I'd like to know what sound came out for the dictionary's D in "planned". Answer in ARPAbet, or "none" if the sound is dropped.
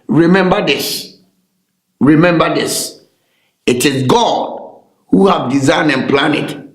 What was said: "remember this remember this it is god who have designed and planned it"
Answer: none